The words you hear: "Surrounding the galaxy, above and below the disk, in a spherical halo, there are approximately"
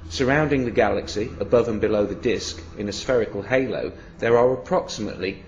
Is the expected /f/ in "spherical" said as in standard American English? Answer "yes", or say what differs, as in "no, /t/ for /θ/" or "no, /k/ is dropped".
yes